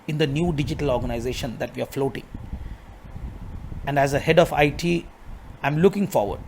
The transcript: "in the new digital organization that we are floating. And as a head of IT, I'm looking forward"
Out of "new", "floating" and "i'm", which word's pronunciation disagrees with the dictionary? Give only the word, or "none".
none